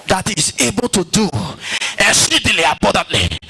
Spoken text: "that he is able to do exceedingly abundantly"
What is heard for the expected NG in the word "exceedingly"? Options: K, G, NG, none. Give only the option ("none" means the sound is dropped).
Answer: none